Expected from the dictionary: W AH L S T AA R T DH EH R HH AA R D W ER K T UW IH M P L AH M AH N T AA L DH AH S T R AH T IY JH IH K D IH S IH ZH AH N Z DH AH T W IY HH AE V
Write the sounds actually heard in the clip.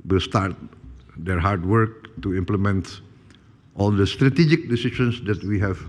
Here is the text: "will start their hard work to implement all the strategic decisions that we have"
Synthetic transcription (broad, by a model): W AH L S T AA R T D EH R HH AA R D W ER K T UW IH M P L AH M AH N T AA L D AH S T R AH T IY JH IH K D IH S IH SH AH N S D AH T W IY HH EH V